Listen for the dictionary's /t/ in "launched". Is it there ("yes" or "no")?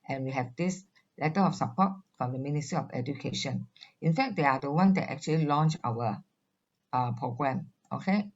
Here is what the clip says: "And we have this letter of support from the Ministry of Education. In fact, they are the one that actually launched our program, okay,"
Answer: no